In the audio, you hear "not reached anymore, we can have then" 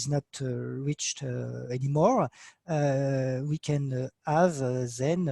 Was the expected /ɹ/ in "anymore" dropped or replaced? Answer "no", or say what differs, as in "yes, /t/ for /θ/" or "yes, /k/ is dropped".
no